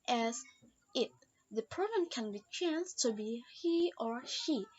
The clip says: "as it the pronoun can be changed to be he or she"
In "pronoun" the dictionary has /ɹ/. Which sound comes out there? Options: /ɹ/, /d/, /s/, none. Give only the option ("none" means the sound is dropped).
none